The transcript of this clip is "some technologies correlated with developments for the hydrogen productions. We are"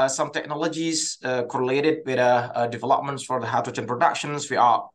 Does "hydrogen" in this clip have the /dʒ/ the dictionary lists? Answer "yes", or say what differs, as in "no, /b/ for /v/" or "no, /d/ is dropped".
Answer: no, /tʃ/ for /dʒ/